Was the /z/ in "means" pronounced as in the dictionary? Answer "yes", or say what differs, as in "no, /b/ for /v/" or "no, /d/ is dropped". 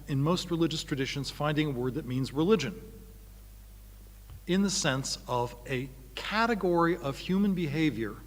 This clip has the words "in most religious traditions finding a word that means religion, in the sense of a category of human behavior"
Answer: yes